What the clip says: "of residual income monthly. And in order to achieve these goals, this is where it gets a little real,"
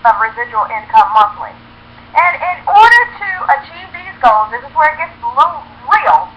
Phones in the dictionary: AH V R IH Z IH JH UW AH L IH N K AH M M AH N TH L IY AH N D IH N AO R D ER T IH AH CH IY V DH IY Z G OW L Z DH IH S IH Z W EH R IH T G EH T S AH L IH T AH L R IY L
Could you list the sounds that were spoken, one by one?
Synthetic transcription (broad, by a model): AH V R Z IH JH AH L IH N K AH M M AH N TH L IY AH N IH N AO R D ER T IH AH CH IY V DH IY Z G OW L Z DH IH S IH Z W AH R IH T G EH T S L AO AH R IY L